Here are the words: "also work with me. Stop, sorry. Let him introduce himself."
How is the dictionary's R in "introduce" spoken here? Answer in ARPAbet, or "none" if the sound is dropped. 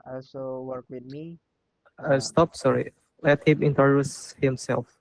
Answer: none